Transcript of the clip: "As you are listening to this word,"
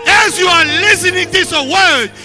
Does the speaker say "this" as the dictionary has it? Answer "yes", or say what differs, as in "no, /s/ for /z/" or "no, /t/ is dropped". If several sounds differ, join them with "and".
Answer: no, /s/ is dropped